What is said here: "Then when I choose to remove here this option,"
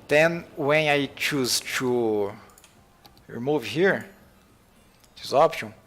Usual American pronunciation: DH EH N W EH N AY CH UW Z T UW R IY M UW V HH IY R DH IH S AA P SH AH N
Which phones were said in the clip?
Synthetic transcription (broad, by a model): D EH N W EH N AY CH UW Z T UW R IY M UW V HH IY R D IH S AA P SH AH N